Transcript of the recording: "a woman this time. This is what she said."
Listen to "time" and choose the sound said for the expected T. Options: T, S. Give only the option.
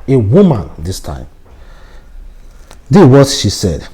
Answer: T